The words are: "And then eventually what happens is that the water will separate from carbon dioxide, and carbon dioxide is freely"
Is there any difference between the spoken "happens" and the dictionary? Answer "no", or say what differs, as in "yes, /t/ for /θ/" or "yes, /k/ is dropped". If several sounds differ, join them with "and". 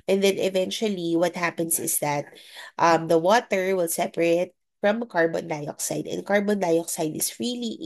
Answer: yes, /s/ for /z/